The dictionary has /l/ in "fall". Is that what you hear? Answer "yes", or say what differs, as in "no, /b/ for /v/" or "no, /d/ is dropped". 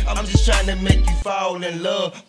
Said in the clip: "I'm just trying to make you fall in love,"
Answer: no, /n/ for /l/